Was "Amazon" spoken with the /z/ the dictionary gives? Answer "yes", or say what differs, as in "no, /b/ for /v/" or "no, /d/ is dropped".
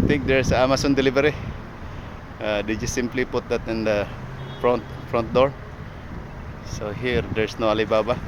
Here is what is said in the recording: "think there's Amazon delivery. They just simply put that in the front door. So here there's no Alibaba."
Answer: no, /s/ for /z/